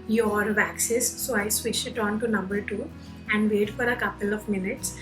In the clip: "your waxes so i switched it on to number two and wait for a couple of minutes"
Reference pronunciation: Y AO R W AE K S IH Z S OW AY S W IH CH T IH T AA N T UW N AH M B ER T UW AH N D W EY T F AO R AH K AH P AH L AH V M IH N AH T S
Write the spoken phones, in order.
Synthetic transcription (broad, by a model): Y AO R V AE K S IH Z S OW AY S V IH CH IH T AA N T UW N AH M B ER T UW AH N D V EY T F AO R AH K AH P AH L AH V M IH N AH T S